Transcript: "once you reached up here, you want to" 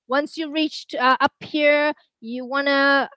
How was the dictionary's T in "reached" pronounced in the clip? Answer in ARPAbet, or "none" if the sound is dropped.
T